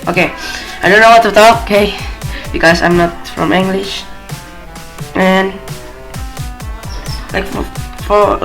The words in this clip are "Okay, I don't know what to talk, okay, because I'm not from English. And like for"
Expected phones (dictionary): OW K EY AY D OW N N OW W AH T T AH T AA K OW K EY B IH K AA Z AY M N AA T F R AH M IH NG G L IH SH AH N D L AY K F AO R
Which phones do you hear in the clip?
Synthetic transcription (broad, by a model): OW K EY AY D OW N N OW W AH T T AH T AA K OW K EY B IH K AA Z AY M N AA T F R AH M IH NG G L IH SH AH N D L AY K F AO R